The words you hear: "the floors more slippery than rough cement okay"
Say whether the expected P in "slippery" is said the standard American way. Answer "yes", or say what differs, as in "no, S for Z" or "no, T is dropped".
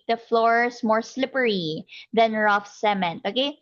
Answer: yes